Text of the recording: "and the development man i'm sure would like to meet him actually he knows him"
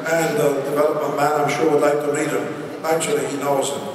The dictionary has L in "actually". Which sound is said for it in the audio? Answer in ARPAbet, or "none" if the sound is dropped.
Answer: L